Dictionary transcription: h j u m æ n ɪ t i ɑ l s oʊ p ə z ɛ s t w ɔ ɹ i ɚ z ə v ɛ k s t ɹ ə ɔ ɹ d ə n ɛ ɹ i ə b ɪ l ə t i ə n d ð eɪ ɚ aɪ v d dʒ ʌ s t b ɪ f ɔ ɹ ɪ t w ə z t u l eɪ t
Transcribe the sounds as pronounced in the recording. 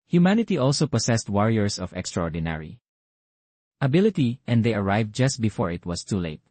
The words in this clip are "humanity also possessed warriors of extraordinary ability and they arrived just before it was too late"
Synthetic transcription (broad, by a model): h j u m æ n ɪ t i ɑ l s oʊ p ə s ɛ s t w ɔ ɹ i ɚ s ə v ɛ k s t ɹ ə ɔ ɹ d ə n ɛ ɹ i ə b ɪ l ə t i ə n d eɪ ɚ aɪ v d dʒ ʌ s t b ɪ f ɔ ɹ ɪ t w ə s t u l eɪ t